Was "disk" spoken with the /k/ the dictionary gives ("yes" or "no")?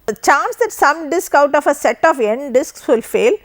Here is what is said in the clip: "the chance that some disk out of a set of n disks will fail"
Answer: yes